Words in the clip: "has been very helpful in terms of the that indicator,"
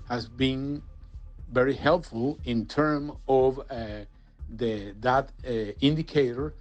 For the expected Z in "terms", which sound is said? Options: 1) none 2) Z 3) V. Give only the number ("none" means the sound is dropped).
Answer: 1